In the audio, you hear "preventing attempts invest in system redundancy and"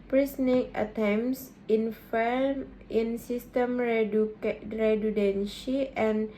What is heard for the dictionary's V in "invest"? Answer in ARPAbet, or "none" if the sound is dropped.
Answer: F